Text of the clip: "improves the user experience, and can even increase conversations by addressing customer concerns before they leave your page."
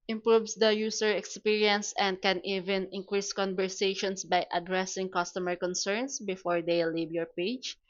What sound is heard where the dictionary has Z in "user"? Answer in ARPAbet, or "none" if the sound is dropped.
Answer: S